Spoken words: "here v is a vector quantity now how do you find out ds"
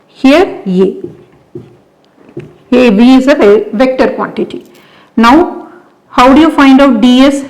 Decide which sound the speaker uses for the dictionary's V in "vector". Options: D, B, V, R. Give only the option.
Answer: V